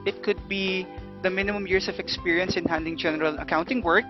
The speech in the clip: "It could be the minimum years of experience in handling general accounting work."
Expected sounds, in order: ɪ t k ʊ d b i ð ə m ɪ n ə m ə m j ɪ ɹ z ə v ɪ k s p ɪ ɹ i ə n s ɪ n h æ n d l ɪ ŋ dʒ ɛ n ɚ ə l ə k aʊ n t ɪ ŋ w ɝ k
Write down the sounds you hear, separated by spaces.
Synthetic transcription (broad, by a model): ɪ t k ʊ d b i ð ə m ɪ n ə m ə m j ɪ ɹ s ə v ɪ k s p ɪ ɹ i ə n s ɪ n h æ n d ɪ ŋ dʒ ɛ n ɚ ə l ə k aʊ n t ɪ ŋ w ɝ k